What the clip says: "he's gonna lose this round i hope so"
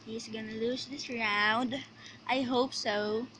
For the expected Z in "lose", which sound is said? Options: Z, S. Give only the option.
S